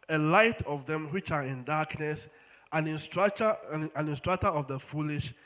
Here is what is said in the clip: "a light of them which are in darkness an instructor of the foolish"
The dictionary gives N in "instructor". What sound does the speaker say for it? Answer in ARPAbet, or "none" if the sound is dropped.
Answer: N